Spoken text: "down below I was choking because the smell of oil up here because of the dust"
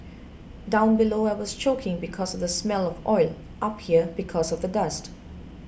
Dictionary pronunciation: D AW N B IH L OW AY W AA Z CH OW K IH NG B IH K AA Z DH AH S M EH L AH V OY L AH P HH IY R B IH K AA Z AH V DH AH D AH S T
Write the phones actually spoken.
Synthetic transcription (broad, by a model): D AW N B IH L OW AY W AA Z CH OW K IH NG B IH K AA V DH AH S M EH L AH V OY L AH P HH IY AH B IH K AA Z AH V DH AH D AH S T